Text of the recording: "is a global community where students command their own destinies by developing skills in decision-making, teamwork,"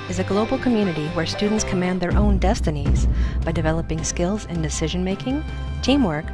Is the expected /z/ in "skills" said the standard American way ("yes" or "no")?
yes